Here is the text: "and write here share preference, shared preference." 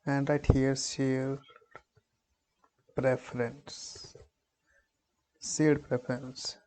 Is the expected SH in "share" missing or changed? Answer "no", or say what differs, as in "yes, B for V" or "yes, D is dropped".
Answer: yes, S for SH